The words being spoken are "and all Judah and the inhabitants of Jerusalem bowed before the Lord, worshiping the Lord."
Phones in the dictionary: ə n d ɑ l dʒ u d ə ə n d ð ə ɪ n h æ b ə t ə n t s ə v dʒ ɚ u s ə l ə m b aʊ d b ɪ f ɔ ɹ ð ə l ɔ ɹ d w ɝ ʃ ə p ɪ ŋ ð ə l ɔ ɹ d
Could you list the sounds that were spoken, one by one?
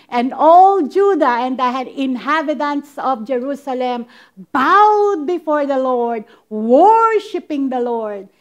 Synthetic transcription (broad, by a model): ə n d ɑ l dʒ u d ə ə n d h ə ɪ n h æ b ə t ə n t s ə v dʒ ɚ u s ə l ə m b aʊ d b ɪ f ɔ ɹ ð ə l ɔ ɹ d w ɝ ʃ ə p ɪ ŋ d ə l ɔ ɹ d